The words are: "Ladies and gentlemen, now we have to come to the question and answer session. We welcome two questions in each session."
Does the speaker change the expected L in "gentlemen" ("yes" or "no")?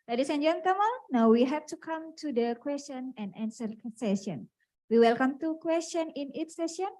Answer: yes